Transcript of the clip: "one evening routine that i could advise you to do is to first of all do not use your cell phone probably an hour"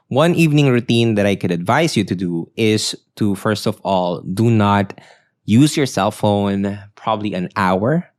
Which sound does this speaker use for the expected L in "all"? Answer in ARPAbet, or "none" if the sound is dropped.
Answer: L